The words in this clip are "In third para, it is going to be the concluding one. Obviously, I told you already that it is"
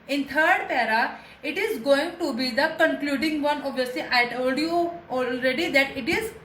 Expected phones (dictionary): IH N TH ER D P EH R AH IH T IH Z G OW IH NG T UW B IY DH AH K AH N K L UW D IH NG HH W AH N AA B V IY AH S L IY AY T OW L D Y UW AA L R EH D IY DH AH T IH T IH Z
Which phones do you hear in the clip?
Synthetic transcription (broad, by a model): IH N T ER D P EH R AH IH T IH Z G OW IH NG T UW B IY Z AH K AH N K L UW D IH NG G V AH N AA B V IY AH S L IY AY T OW L D Y UW AA L R EH D IY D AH T IH T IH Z